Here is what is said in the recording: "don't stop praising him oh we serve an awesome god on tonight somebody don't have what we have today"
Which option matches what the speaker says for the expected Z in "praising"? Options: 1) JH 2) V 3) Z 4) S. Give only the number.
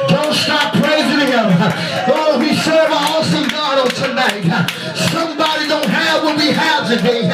3